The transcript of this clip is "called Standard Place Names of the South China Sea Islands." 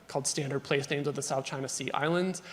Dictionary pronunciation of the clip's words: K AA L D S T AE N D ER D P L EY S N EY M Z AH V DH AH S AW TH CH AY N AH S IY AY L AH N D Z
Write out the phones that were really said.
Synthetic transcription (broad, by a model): K AA L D S T AE N D ER D P L EY S N EY M Z AH V DH AH S AW TH CH AY N AH S IY AY L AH N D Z